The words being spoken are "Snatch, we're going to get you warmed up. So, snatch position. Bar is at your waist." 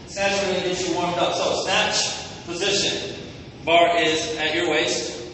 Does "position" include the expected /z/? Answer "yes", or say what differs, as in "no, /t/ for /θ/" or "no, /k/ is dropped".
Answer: yes